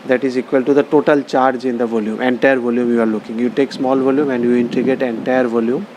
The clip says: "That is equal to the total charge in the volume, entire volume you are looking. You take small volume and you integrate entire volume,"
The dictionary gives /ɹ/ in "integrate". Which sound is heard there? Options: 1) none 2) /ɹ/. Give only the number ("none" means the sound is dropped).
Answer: 1